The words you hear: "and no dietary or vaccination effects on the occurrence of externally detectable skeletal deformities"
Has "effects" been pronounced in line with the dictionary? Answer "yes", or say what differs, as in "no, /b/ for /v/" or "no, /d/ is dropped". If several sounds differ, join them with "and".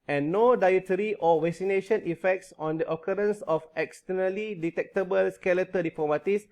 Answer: yes